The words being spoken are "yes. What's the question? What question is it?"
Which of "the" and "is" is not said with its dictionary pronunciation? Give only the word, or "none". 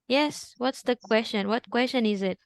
none